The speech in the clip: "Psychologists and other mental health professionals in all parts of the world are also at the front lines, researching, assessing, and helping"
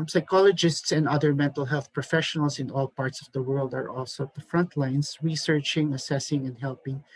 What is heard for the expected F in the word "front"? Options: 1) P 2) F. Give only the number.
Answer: 2